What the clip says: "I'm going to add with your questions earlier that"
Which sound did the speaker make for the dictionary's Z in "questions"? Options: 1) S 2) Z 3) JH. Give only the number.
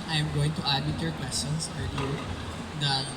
1